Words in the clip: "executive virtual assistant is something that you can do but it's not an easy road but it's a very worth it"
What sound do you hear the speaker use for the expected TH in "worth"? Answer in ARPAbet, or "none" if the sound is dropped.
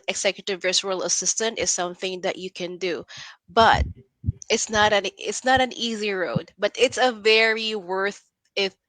TH